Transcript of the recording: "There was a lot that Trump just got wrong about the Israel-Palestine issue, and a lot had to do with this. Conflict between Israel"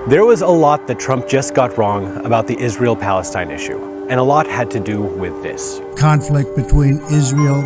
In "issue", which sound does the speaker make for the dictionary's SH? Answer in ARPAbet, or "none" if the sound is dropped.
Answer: SH